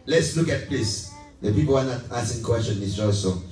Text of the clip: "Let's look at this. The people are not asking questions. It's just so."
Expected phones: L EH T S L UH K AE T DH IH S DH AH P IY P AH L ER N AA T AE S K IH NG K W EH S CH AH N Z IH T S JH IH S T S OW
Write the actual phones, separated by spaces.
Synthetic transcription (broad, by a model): L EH T S L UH K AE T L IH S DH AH P IY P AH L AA N AA T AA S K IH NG K W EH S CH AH N IH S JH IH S S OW